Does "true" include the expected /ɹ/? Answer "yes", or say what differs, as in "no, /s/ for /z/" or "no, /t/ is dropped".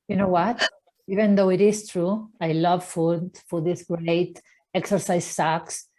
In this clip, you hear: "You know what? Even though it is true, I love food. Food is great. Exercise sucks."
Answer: yes